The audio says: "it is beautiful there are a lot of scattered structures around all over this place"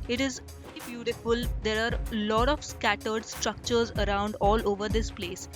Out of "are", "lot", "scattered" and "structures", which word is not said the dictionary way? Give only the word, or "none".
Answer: none